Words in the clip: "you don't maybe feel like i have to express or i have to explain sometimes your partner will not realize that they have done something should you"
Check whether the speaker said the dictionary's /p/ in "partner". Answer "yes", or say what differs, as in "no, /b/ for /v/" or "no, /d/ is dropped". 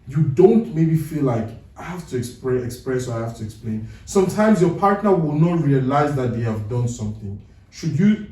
yes